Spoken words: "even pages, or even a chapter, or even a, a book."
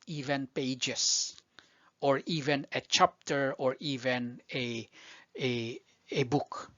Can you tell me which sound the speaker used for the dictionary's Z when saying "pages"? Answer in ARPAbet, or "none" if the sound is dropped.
S